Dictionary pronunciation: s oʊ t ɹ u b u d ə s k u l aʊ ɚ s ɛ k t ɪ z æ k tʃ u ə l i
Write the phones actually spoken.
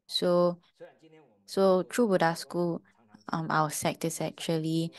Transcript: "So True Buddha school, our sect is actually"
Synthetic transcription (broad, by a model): s oʊ t ɹ u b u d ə s k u l aʊ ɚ s ɛ k t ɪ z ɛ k tʃ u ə l i